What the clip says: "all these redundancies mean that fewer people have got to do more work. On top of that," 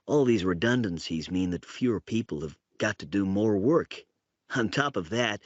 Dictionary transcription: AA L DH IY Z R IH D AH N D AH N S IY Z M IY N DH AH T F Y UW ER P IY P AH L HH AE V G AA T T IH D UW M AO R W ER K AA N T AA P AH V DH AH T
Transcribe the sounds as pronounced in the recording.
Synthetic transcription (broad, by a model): AA L DH IY Z R IH D AH N D AH N S IY Z M IY N DH AH T F Y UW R P IY P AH L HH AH V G AA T T IH D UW M AO R W ER K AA N T AA P AH V DH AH T